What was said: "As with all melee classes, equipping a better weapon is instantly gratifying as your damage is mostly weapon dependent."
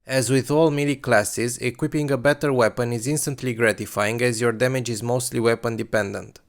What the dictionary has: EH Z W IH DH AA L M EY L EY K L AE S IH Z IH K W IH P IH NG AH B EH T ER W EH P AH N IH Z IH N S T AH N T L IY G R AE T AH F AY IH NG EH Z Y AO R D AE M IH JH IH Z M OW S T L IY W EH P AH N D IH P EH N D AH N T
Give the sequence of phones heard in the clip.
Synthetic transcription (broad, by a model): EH Z W IH DH AA L M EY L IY K L AE S IH Z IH K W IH P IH NG AH B EH T ER W EH P AH N IH Z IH N S T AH N T L IY G R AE T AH F AY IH NG EH Z Y AO R D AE M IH JH IH Z M OW S T L IY W EH P AH N D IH P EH N D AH N T